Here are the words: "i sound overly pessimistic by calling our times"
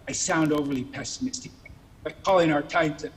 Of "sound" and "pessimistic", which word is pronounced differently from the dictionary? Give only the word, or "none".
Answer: none